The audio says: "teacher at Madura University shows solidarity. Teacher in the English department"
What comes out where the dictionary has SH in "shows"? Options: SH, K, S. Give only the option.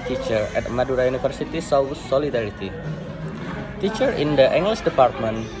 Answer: S